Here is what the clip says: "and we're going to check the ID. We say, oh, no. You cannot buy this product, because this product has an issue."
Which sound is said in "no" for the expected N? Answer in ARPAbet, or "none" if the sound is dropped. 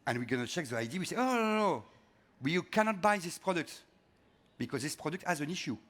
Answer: L